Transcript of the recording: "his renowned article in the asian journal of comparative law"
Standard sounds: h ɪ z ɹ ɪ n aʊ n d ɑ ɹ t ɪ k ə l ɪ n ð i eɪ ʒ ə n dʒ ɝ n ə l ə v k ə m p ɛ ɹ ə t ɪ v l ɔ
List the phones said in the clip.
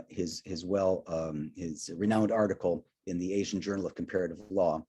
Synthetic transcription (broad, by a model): h ɪ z ɹ ɪ n aʊ n d ɑ ɹ t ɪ k l ɪ n ð i eɪ ʒ n dʒ ɝ n l ə v k m p ɛ ɹ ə t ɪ v l ɔ